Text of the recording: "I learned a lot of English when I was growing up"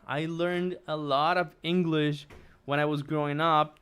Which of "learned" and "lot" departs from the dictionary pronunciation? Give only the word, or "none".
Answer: none